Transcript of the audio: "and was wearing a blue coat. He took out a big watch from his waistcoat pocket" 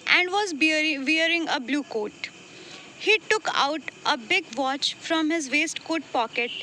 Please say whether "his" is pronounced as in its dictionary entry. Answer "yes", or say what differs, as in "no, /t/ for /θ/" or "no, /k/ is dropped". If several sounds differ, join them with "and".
yes